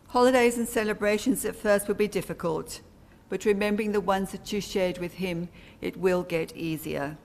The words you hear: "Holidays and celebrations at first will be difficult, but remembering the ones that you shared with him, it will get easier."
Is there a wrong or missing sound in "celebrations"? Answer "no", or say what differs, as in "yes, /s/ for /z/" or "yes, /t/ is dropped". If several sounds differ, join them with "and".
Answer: no